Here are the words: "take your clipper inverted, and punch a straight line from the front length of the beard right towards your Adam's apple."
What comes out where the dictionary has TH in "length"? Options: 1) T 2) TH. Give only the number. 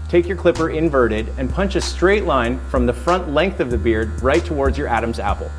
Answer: 2